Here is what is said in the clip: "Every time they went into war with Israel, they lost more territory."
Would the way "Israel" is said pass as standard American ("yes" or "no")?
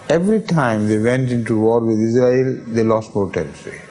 yes